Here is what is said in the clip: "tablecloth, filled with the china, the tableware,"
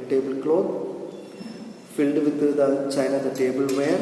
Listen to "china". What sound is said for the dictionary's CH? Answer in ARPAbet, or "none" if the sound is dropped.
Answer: CH